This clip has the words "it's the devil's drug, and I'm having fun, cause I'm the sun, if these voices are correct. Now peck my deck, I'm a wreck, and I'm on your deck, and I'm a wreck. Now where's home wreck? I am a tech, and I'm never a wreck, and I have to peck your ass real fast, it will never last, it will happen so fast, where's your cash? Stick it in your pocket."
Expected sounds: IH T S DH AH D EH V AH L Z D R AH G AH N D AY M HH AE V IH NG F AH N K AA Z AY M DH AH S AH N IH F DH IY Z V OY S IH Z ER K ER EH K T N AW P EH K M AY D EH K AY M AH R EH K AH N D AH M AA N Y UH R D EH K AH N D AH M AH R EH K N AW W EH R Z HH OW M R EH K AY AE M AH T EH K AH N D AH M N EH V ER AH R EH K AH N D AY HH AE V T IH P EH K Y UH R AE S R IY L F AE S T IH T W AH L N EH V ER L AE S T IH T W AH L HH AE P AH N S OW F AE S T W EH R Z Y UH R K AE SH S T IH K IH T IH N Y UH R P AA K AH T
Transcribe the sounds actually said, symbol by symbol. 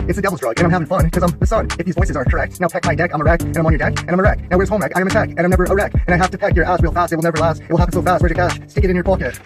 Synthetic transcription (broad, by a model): IH T S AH D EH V L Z D R AH G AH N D AY M HH AE V IH NG F AH N K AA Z AY M DH AH S AH N IH F DH IY Z V OY S IH Z ER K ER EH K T N AW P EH K M AY D EH K AY M AH R EH K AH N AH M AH N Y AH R D EH K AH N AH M AH R EH K N AW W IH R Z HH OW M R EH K AY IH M AH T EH K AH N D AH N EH V ER AH R EH K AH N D AY HH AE F T IH P EH K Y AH R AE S R IY L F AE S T IH T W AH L N EH V ER L AE S T IH T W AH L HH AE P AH N S OW F AE S T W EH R Y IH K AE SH S T IH K IH T IH N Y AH R P AA K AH T